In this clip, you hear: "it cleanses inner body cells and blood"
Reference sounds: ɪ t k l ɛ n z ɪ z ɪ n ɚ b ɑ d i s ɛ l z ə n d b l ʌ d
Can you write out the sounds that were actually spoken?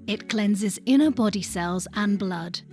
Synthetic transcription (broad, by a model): ɪ t k l ɛ n z ɪ z ɪ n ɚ b ɑ d i s ɛ l z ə n b l ʌ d